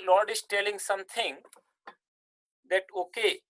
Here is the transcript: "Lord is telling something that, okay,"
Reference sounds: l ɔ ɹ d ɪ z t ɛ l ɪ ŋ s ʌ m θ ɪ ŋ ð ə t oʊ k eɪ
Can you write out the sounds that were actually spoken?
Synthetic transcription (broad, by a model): l ɔ ɹ d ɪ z t ɛ l ɪ ŋ s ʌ m t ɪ ŋ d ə t oʊ k eɪ